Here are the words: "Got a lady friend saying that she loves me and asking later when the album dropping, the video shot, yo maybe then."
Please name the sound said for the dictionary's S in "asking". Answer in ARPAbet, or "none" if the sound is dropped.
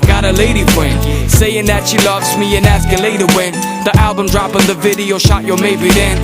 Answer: S